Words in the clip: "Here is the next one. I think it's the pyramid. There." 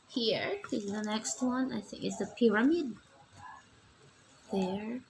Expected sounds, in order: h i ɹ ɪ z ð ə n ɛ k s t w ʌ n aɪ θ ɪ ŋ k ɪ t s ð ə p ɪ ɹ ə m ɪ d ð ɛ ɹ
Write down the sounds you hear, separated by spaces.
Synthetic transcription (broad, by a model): h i ɹ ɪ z ð ə n ɛ k s t w ʌ n aɪ θ ɪ ŋ k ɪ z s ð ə p ɪ ɹ ə m ɪ d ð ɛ ɹ